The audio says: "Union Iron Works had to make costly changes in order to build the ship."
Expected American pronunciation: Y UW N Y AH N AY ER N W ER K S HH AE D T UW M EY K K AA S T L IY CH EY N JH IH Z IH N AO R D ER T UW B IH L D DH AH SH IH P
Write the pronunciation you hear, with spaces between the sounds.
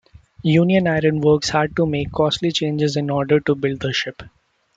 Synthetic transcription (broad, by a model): Y UW N Y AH N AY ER N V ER K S HH AE D T UW M EY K K AA S T L IY CH EY N JH IH Z IH N AO R D ER T UW B IH L D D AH SH IH P